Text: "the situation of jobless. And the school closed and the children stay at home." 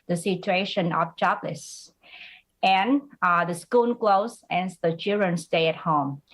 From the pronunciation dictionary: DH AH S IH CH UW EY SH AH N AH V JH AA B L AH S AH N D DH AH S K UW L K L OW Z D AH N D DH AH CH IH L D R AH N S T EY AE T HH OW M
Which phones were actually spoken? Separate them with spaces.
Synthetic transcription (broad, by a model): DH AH S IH CH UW EY SH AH N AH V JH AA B L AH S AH N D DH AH S K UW N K L OW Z AH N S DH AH CH IH L D R AH N S T EY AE T HH OW M